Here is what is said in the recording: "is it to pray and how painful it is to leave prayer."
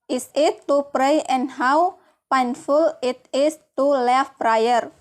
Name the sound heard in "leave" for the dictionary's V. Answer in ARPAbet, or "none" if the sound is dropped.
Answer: F